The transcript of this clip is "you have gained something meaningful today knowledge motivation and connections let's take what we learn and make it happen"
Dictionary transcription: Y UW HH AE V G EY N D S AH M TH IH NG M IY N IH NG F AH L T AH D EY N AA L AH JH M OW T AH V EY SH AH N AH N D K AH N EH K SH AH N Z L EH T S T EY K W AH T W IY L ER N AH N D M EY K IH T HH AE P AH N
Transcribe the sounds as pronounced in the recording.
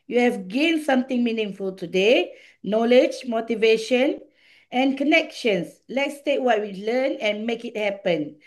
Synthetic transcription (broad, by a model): Y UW HH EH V G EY N S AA M T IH NG M IY N IH NG F AH L T AH D EY N AA L AH JH M OW T AH V EY SH AH N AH N K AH N EH K SH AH N S L EH T S T EY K W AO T W IY L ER N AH N M EY K IH T HH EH P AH N